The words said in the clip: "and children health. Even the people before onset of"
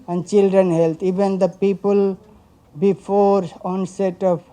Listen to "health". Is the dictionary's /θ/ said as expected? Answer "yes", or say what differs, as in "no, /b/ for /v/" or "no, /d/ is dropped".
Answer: no, /t/ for /θ/